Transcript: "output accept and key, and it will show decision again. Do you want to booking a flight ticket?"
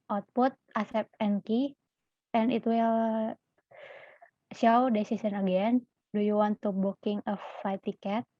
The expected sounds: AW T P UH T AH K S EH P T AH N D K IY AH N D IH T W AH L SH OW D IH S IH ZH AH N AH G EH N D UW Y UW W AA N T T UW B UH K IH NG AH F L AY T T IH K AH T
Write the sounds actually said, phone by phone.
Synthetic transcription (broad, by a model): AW T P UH T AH S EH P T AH N K IY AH N IH T W AH L SH OW D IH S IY S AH N AH G EH N D UW Y UW W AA N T T UW B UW K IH NG AH F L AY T T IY K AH T